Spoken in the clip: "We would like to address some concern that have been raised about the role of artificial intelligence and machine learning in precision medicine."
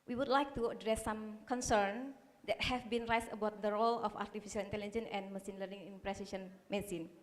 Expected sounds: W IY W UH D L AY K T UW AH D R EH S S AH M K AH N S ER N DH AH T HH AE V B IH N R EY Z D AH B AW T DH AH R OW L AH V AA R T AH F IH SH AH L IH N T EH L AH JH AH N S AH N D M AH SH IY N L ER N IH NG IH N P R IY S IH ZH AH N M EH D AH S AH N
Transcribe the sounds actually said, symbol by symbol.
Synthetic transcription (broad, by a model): W IY W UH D L AY K T UW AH D R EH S S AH M K AH N S ER N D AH T HH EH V B IH N R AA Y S AH B AW T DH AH R OW L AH F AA R T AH F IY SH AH L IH N T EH L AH JH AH N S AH N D M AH S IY N L ER N IH NG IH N P R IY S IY SH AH N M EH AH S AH N